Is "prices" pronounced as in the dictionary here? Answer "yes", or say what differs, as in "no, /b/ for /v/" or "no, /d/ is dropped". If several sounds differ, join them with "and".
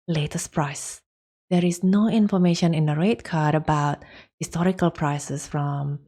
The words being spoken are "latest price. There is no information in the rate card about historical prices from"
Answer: no, /s/ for /z/